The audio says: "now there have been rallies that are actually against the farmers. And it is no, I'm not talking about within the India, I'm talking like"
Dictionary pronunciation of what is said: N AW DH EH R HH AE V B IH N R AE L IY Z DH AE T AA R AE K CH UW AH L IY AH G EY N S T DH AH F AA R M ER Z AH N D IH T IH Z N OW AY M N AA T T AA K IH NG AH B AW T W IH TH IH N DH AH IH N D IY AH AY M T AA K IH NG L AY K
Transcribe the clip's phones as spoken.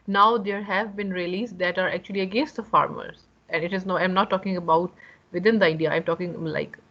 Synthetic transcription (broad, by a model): N AW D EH R HH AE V B IH N R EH L IY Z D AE T AA R AE K CH UW AH L IY AH G EY N S T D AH F AA R M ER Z AH N D IH T IH Z N OW AY M N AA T T AA K IH NG AH B AW T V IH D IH N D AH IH D IY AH AY M T AA K IH NG L AY K